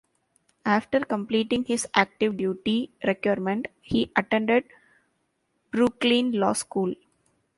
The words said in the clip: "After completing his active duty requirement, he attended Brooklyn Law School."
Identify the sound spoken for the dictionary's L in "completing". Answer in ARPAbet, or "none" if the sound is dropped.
L